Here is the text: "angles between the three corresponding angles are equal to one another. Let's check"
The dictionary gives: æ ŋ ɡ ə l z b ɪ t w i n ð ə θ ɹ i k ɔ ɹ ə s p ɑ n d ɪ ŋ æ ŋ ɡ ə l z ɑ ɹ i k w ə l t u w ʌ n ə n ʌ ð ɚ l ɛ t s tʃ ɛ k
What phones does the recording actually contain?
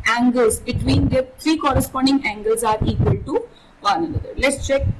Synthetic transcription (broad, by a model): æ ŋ ɡ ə l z b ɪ t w i n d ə t ɹ i k ɔ ɹ ə s p ɑ n d ɪ ŋ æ ŋ ɡ ə l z ɑ ɹ i k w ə l t u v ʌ n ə n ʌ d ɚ l ɛ t s tʃ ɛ k